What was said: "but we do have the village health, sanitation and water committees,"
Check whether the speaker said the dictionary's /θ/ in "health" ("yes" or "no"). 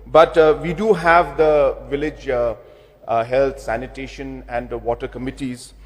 no